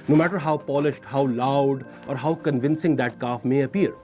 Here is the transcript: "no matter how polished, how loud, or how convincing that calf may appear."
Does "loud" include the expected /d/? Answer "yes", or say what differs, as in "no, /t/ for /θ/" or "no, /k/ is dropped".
yes